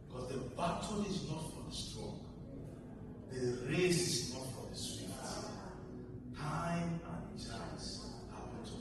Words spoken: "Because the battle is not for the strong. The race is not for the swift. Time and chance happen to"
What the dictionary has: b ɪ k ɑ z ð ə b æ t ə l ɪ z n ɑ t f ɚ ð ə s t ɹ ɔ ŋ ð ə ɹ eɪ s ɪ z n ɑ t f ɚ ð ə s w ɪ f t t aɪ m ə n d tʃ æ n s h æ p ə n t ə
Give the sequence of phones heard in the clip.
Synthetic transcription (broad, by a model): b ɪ k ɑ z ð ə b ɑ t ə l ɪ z n ɑ t f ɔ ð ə s t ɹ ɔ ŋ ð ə ɹ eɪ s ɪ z n ɑ t f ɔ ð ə s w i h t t aɪ ə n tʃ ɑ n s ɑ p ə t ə